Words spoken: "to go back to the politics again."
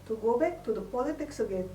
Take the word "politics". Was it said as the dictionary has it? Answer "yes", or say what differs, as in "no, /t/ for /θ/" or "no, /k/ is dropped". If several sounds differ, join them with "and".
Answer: yes